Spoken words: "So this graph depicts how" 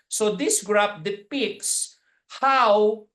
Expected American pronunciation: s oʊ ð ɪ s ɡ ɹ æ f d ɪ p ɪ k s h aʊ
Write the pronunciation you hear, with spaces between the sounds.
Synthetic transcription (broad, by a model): s oʊ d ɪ s ɡ ɹ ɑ p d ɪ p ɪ k s h aʊ